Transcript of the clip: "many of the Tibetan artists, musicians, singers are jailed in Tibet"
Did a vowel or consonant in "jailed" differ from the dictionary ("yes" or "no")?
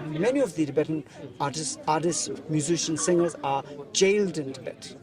no